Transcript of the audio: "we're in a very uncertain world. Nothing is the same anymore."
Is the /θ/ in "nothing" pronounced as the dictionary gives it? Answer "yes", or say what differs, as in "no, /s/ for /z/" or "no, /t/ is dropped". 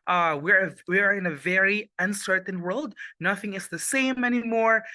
yes